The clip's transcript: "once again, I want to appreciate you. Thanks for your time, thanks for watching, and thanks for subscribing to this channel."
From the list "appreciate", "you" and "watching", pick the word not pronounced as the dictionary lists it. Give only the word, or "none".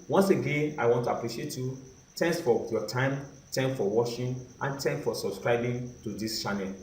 watching